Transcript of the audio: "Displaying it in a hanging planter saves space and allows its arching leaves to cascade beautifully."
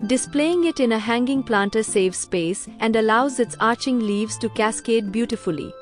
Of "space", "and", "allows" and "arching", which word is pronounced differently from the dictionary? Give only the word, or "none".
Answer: none